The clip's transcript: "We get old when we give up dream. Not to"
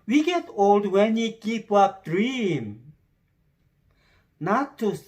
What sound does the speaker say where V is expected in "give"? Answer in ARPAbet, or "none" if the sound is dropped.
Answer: P